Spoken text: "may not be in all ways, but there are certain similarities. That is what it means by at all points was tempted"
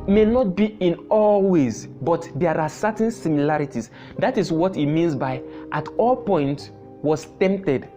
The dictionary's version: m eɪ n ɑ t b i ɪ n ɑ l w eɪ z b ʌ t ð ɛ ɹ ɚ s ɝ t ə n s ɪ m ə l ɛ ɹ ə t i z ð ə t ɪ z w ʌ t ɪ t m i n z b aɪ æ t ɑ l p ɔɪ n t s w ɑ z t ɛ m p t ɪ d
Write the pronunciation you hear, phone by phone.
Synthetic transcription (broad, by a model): m eɪ n ɑ t b i ɪ n ɑ l w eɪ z b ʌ t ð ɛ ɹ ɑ s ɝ t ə n s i m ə l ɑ ɹ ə t i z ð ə t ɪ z w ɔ t ɪ t m i n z b aɪ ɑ t ɑ l p ɔɪ n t w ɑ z t ɛ m p t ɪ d